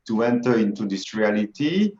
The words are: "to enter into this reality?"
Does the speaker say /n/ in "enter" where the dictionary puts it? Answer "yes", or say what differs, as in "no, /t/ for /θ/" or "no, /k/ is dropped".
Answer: yes